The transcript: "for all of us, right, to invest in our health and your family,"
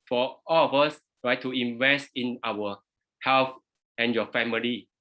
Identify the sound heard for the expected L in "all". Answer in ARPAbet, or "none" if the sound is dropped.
L